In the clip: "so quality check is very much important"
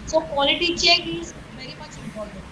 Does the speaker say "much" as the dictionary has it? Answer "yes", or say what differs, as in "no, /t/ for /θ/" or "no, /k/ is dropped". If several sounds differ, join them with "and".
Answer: no, /s/ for /tʃ/